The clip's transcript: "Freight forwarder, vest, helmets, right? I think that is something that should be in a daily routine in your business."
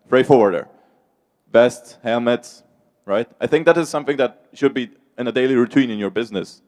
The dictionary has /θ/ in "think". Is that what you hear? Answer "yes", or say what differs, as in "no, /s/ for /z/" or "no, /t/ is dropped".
yes